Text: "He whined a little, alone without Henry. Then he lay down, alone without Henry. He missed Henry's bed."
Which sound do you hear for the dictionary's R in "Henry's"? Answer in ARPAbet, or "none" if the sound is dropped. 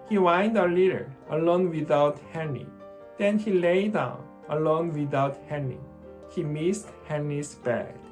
none